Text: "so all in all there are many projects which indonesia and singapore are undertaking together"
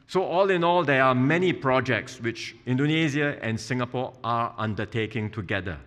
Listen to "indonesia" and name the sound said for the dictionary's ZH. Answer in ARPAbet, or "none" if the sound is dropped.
Z